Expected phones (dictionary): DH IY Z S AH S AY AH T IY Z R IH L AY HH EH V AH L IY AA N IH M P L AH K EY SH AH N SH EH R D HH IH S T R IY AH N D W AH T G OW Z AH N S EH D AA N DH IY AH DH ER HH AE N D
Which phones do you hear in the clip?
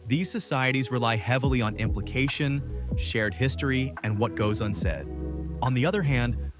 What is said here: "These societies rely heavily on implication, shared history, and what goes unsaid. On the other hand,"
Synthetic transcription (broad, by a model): DH IY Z S AH S AY AH T IY Z R IH L AY HH EH V L IY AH N IH M P L AH K EY SH AH N SH EH R D HH IH S T R IY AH N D W AH T G OW Z AH N S EH D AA N DH IY AH DH ER HH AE N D